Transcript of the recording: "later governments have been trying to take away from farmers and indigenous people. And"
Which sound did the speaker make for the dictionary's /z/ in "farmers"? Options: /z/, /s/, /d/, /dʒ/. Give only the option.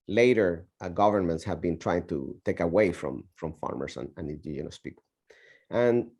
/s/